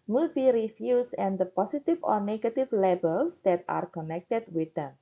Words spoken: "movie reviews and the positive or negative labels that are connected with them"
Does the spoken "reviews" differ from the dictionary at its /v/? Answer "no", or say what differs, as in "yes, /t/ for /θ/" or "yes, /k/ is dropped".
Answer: yes, /f/ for /v/